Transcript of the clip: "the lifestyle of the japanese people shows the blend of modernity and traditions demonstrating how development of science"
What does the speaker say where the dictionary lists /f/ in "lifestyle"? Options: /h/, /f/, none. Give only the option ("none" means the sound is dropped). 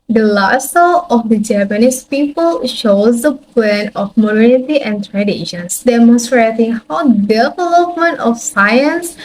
none